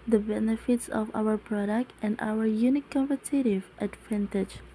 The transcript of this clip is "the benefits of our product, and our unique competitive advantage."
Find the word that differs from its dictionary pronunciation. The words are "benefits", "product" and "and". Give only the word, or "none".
none